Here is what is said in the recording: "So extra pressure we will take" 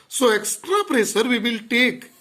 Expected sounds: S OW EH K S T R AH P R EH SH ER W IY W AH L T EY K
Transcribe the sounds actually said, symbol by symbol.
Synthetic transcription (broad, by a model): S OW EH K S T R AH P R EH S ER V IY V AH L T EY K